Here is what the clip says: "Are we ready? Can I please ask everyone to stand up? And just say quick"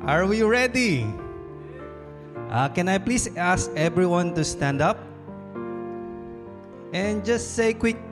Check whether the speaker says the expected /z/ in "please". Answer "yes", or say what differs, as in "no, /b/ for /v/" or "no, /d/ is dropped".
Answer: no, /s/ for /z/